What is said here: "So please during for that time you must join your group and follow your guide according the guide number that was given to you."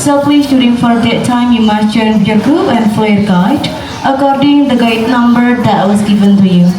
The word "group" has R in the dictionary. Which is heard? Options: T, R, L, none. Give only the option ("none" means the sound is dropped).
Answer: none